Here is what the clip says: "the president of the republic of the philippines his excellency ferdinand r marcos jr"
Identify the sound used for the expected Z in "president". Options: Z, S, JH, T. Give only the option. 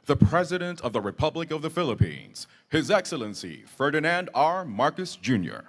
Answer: Z